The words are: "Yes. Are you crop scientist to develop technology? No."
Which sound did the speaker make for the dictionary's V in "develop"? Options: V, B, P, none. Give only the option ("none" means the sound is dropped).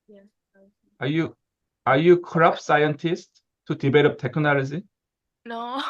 B